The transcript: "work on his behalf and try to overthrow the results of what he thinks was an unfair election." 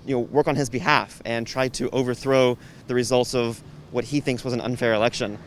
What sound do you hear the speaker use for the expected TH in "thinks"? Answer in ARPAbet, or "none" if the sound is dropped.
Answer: TH